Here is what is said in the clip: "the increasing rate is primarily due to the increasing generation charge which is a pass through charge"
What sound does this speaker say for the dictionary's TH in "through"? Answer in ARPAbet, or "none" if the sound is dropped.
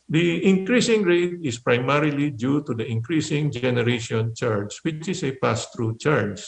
T